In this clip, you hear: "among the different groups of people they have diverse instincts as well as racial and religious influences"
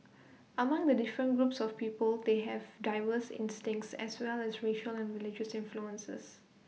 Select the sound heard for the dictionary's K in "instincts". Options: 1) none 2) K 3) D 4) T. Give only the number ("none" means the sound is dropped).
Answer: 2